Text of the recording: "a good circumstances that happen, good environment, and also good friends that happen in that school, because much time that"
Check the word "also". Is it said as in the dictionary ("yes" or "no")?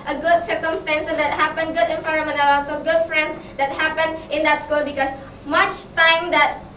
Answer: no